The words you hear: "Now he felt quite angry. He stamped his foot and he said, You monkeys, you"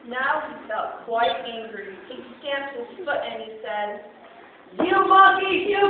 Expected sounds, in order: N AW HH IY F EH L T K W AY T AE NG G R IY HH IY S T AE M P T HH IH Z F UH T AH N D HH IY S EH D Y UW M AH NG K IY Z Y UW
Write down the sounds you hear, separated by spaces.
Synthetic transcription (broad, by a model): N AW HH IY F EH L T K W AY T AE NG G R IY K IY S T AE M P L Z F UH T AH N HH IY S EH D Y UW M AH K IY Y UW